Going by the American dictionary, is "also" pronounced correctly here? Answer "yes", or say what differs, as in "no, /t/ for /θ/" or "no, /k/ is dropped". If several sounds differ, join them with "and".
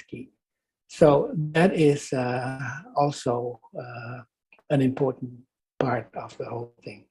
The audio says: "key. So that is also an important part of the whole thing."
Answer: yes